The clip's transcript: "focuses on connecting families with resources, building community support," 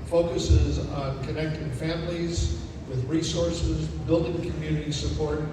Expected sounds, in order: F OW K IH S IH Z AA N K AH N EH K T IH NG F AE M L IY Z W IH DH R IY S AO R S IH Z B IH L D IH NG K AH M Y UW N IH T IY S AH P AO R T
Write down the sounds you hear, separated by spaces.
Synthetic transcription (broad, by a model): F OW K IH S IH Z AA N K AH N EH K T IH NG F AE M L IY Z W IH DH R IY S AO R S IH Z B IH L D IH NG K AH M Y UW N IH T IY S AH P AO R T